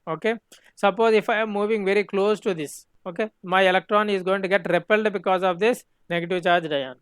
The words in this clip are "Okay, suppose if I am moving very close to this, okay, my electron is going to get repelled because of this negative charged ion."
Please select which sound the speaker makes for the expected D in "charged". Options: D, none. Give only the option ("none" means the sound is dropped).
D